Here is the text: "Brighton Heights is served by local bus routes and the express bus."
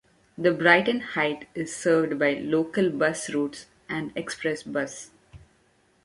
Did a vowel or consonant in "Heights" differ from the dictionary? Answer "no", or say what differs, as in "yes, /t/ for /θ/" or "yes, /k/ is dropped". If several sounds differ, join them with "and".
yes, /s/ is dropped